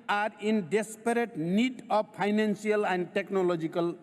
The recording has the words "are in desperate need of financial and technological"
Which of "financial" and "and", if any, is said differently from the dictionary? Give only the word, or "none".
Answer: financial